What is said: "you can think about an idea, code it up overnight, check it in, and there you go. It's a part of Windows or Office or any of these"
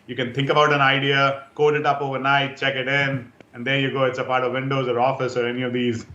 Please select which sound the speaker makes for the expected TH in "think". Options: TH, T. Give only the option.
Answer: T